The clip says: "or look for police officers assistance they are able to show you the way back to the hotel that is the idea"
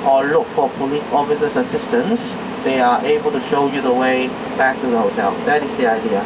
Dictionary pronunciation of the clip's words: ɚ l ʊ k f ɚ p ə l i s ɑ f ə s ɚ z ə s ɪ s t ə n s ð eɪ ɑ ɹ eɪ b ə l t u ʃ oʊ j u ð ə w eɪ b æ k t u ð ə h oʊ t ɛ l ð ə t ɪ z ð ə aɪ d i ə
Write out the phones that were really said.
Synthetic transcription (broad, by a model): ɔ l ʊ k f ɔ p ə l i s ɑ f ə s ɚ s ə s ɪ s t ə n s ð eɪ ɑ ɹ eɪ b ə l t u ʃ oʊ j u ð ə w eɪ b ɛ k t u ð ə h oʊ t ɛ l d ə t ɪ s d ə aɪ d i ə